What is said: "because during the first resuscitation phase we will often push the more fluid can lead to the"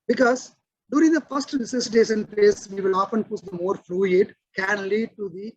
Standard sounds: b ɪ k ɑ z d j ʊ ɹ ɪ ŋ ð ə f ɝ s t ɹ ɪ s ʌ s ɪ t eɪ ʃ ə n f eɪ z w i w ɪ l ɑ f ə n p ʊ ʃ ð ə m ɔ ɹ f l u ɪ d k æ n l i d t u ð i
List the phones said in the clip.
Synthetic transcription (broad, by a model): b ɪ k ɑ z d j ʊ ɹ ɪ ŋ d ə f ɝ s t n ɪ s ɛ s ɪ t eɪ s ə n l eɪ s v i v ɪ l ɑ f ə n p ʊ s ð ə m ɔ ɹ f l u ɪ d k æ n l i d t u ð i